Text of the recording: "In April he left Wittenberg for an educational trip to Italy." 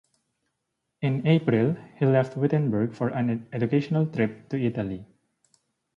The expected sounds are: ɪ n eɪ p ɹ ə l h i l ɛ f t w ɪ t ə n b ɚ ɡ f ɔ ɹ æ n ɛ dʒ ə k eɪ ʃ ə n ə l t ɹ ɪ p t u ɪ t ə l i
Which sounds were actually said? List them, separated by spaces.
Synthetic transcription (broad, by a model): ɪ n eɪ p ɹ ə l h i l ɛ f t w ɪ t ə n b ɚ ɡ f ɔ ɹ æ n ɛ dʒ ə k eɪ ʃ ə n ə l t ɹ ɪ p t u ɪ t ə l i